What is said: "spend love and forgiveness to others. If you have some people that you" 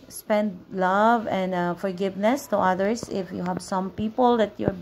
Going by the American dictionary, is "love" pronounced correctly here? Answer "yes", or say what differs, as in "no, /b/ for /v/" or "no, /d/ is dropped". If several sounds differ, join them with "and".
yes